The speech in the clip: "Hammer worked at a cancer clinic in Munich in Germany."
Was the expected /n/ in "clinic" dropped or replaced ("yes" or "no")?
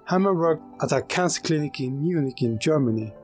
no